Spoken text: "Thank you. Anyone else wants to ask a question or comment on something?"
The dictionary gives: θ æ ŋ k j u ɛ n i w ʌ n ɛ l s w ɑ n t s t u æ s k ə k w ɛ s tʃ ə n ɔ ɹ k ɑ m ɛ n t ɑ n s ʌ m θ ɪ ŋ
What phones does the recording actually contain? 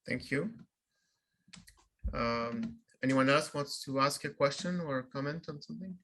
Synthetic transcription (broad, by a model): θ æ ŋ k j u ɛ n i w ʌ n ɛ l s w ɑ n t s t u æ s k ə k w ɛ s tʃ ə n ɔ ɹ k ɑ m ɛ n t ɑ n s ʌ m θ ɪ ŋ